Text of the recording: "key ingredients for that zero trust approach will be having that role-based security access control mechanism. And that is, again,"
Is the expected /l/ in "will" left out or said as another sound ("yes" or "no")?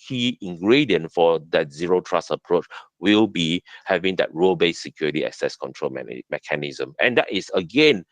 no